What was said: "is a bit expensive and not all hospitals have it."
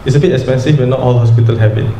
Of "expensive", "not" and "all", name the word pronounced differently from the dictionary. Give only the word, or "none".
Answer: expensive